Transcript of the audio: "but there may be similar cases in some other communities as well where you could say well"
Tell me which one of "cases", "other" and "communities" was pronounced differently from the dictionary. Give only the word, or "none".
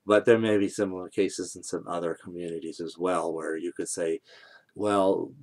none